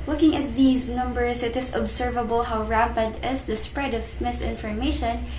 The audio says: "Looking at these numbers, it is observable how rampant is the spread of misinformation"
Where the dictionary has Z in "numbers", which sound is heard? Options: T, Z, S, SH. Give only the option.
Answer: S